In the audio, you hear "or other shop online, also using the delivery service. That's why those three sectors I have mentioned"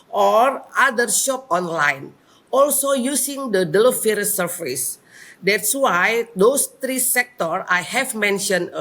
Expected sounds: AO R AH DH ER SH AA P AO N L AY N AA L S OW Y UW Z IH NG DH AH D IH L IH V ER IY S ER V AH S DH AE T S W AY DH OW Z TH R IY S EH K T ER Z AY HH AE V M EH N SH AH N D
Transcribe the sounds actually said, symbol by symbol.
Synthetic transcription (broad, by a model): AO R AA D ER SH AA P AO N L AY N AA L S OW Y UW S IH NG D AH D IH L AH F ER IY S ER F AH S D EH T S W AY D OW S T R IY S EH K T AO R AY HH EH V M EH N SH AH N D